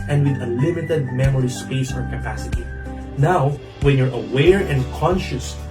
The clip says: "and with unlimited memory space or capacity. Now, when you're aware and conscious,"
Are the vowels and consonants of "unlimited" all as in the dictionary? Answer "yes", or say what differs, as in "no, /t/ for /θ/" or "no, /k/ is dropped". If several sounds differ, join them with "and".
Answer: no, /n/ is dropped